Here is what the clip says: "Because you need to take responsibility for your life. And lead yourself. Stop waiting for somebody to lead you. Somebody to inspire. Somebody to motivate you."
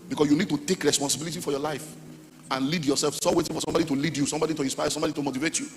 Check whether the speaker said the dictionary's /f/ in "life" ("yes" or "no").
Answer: yes